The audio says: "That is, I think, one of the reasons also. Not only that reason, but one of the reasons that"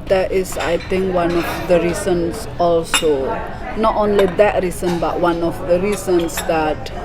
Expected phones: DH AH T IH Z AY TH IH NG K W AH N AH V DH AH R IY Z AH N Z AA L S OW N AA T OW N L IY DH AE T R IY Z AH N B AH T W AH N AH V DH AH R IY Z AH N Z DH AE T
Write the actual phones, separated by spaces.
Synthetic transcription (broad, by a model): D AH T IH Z AY T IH NG K W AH N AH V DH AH R IY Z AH N S AA L S OW N AA T OW N L IY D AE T R IY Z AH N B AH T W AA N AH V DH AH R IY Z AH N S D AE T